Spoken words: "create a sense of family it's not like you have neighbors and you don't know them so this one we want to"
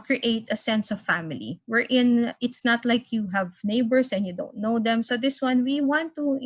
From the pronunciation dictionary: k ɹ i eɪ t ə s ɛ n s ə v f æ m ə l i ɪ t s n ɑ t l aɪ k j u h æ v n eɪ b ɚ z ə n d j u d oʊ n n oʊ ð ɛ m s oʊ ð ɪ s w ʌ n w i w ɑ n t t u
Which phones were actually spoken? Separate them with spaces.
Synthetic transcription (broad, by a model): k ɹ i eɪ t ə s ɛ n s ə v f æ m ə l i ɪ t s n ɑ t l aɪ k j u h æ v n eɪ b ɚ s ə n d j u d oʊ n n oʊ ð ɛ m s oʊ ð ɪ s w ʌ n w i w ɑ n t t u